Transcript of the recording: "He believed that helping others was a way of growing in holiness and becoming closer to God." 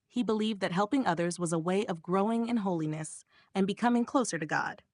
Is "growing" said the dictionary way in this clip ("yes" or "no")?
yes